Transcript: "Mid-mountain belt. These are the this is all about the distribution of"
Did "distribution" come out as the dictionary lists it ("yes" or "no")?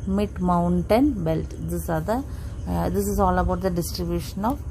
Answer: yes